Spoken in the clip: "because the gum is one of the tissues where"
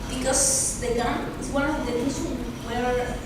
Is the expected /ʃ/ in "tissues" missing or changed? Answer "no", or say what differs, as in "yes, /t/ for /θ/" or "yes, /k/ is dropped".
yes, /s/ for /ʃ/